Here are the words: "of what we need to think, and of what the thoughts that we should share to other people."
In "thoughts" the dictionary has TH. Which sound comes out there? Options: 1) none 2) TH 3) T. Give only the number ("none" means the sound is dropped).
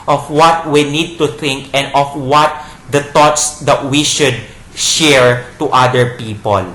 3